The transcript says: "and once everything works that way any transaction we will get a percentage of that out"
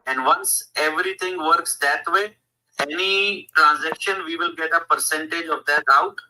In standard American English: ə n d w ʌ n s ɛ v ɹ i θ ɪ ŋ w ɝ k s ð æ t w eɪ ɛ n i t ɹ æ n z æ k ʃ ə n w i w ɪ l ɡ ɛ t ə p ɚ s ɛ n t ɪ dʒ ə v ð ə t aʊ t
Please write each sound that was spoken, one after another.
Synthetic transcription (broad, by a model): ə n d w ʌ n s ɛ v ɹ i t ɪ ŋ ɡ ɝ k s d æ t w eɪ ɛ n i t ɹ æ n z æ k ʃ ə n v i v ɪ l ɡ ɛ t ə p ɚ s ɛ n t ɪ dʒ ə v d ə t aʊ t